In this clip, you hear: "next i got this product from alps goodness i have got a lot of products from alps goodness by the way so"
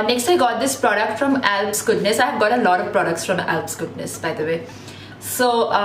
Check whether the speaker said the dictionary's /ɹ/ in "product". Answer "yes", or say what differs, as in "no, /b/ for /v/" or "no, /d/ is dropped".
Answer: yes